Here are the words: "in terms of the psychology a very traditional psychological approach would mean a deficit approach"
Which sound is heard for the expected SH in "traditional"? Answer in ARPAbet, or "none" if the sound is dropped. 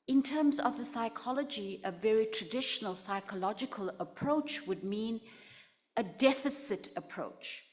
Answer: SH